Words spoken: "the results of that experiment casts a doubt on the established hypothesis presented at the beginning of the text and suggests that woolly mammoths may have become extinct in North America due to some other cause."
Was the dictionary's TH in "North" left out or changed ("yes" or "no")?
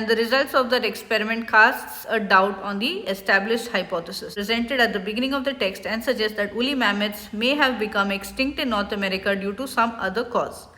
yes